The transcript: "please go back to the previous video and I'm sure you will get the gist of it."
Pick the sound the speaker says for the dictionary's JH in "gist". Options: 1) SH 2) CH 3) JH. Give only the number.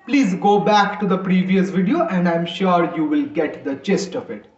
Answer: 2